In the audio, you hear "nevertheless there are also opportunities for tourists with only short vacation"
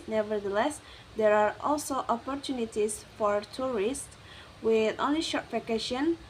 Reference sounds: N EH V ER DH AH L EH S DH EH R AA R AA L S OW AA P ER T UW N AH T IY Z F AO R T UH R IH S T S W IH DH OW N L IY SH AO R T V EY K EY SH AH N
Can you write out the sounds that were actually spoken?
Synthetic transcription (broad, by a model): N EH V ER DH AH L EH S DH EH R AA R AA L S OW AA P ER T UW N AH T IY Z F AO R T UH R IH S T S W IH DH OW N L IY SH AO R T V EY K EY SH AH N